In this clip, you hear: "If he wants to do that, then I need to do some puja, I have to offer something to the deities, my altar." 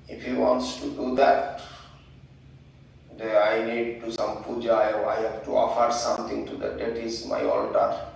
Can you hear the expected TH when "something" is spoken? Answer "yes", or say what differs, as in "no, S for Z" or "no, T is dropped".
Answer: no, T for TH